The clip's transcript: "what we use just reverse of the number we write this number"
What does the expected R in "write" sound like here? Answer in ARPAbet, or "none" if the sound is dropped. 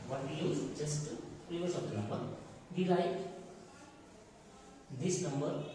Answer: L